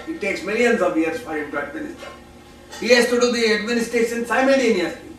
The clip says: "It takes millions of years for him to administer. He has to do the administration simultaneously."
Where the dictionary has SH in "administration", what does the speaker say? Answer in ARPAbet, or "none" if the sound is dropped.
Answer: S